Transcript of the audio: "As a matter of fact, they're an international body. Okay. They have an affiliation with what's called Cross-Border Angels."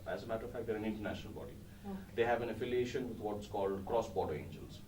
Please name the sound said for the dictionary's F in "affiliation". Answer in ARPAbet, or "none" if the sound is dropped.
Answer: F